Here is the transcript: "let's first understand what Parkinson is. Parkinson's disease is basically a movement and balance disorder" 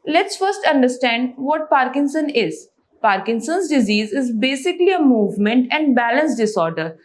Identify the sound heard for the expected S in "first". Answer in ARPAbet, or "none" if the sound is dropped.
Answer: S